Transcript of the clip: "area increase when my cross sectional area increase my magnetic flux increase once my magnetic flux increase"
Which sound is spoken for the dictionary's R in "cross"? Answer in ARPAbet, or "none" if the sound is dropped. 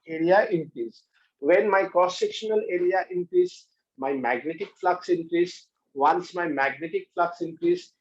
none